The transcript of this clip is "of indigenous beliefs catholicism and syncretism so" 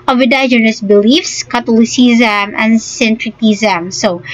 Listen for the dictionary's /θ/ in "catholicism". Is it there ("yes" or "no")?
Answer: no